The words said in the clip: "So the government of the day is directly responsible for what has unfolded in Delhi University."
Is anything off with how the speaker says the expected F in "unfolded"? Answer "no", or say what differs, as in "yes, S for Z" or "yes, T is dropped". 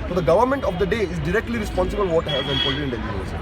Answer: yes, P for F